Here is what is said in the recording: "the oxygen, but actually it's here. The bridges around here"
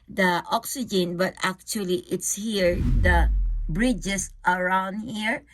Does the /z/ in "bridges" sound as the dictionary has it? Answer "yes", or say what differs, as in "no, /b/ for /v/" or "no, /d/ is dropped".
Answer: no, /s/ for /z/